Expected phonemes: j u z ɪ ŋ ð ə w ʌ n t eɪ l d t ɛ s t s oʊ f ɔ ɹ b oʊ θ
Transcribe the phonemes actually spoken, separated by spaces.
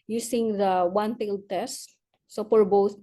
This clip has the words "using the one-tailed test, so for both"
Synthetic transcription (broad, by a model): j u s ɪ ŋ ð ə w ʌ n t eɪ l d t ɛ s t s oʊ p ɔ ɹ b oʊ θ